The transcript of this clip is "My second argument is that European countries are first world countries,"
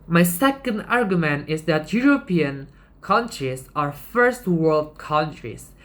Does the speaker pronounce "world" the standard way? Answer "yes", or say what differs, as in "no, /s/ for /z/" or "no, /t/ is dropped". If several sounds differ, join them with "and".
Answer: yes